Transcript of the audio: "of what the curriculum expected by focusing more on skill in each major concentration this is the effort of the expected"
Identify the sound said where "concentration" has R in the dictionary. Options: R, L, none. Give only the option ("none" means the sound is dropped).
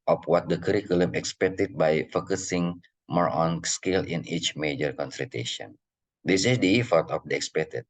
none